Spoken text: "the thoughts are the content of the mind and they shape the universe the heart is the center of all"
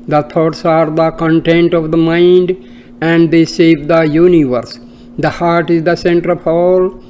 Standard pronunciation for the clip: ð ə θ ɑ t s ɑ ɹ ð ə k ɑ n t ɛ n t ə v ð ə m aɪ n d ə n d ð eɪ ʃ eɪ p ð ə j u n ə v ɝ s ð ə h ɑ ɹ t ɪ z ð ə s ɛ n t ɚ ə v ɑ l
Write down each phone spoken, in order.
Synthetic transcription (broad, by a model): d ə t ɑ t s ɑ ɹ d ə k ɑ n t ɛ n t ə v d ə m aɪ n d ə n d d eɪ s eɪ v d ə j u n ə v ɝ s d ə h ɑ ɹ t ɪ z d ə s ɛ n t ɚ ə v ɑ l